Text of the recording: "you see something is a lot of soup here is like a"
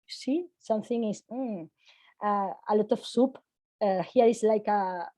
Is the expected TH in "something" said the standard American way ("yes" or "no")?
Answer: yes